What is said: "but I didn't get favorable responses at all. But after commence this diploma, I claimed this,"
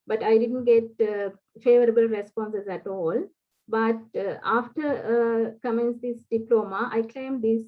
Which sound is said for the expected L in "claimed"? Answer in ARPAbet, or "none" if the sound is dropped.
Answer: L